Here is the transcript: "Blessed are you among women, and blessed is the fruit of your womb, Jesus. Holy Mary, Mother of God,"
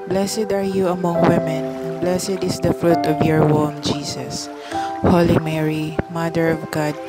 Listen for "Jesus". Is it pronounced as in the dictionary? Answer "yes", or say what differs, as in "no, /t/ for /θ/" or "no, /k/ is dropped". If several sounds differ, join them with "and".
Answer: no, /s/ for /z/